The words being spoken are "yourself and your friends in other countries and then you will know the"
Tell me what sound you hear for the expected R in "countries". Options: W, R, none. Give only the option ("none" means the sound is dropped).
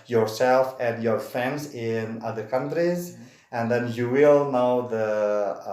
R